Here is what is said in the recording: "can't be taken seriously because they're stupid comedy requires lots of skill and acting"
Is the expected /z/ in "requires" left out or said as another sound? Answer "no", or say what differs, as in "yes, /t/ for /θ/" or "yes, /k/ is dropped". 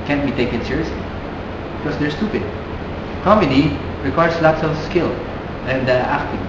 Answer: yes, /s/ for /z/